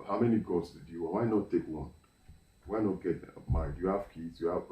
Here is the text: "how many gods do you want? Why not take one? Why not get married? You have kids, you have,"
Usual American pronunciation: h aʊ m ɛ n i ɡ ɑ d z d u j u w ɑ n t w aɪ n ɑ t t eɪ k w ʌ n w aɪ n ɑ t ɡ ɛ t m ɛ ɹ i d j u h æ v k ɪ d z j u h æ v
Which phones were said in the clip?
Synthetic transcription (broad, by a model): h aʊ m ɛ n i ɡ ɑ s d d j u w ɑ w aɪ n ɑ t t eɪ k w ʌ n w aɪ n ɑ t ɡ ɛ t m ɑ i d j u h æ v k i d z j u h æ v